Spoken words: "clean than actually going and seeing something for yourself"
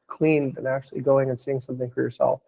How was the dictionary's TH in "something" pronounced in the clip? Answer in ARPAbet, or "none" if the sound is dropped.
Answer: TH